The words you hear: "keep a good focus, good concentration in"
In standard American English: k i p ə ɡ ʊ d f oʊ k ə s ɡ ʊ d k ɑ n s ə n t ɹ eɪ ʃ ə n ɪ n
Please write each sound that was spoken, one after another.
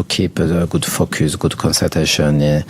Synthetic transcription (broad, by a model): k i p ə ɡ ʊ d f oʊ k ə s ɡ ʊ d k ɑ n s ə t eɪ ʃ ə n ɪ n